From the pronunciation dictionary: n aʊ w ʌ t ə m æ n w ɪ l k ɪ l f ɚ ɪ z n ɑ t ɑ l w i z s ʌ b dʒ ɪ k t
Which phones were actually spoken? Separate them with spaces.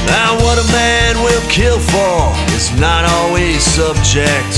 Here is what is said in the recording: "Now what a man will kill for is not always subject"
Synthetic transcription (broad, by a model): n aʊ w ʌ t ə m æ n w ɪ l k ɪ l f ɚ ɪ z n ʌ t ɑ l w i z s ʌ b dʒ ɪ k t